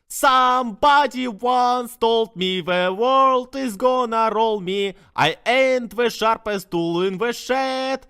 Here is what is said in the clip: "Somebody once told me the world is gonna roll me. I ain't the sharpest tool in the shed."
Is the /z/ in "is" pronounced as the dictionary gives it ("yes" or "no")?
yes